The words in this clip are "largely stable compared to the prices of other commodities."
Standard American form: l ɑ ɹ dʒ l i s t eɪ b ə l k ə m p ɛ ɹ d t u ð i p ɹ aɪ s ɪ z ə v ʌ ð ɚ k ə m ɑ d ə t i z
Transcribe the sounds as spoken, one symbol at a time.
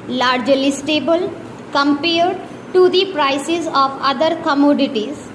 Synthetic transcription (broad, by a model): l ɑ ɹ dʒ l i s t eɪ b ə l k ə m p ɛ ɹ d t u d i p ɹ aɪ s ɪ z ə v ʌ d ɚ k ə m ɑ d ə t i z